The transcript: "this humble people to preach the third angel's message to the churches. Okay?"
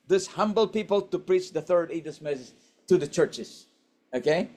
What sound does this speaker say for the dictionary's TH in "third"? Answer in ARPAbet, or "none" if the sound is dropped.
TH